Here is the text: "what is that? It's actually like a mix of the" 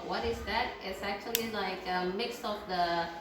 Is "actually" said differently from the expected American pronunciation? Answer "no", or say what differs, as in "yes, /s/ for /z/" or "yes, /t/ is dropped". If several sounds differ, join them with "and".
no